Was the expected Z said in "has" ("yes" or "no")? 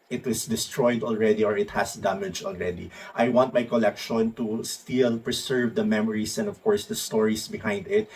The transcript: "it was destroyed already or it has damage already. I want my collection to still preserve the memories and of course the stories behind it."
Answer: no